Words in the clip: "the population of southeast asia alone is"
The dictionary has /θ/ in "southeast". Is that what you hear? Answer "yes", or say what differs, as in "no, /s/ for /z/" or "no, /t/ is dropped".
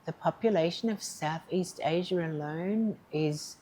yes